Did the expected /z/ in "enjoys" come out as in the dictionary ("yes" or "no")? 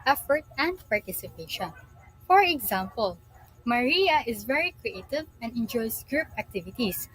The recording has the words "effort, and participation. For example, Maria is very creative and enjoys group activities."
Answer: no